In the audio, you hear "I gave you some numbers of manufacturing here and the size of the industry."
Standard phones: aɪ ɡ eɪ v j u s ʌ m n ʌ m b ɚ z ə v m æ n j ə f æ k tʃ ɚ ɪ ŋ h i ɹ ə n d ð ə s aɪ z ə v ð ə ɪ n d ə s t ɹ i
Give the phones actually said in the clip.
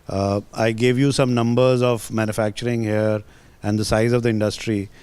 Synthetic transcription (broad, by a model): aɪ ɡ eɪ v j u s ʌ m n ʌ m b ɚ z ə v m æ n j ə f æ k tʃ ɚ ɪ ŋ h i ɹ ə n d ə s aɪ z ə v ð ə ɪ n d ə s t ɹ i